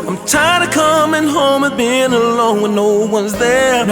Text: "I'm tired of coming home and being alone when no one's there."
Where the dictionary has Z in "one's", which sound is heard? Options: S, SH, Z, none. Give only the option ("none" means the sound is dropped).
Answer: Z